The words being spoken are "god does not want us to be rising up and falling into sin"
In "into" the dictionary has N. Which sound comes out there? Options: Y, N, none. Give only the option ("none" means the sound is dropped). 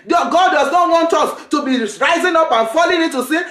none